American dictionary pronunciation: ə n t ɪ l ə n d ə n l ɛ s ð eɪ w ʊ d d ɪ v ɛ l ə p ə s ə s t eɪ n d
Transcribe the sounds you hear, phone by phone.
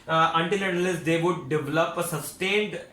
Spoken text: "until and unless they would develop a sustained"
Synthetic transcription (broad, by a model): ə n t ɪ l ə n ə l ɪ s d eɪ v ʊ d d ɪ v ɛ l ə p ə s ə s t eɪ n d